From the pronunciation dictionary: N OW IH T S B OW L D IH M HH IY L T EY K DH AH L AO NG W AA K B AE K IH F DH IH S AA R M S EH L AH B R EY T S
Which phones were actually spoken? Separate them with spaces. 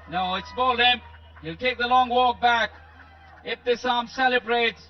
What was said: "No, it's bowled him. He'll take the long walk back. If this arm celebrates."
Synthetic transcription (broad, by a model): N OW IH T S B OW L IH M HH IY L T EY K DH AH L AO NG W AA K B AE K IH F DH IH S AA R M S EH L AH B R EY T S